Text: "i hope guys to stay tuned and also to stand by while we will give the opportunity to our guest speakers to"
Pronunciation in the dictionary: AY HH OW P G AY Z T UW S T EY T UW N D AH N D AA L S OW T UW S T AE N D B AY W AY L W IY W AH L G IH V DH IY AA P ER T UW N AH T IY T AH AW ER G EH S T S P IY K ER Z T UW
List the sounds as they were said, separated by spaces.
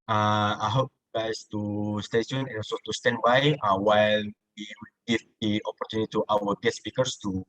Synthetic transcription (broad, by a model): AY HH OW P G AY S T UW S T EY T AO N AH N AA L S OW T UW S T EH N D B AY W AY L W IY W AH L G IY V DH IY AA P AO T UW N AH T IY T AW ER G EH T S P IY K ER S T UW